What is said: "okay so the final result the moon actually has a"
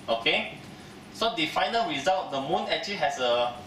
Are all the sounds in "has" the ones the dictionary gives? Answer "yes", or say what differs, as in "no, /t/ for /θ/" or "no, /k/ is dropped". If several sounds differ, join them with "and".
no, /s/ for /z/